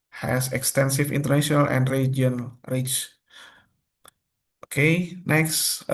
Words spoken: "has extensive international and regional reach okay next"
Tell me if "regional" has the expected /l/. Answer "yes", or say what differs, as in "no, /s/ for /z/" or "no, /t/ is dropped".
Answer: no, /n/ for /l/